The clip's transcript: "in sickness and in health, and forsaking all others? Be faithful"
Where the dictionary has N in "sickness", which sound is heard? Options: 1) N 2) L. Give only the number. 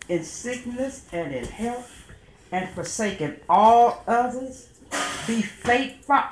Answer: 1